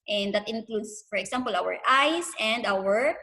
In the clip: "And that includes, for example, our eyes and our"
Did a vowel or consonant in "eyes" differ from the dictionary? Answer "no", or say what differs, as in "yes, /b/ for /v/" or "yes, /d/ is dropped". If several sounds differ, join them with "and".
yes, /s/ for /z/